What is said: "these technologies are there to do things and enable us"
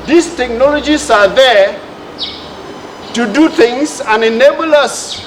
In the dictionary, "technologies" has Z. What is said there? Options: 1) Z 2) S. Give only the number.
2